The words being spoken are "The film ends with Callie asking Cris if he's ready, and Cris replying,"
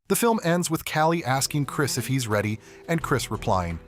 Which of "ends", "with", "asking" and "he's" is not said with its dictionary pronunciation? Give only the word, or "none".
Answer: none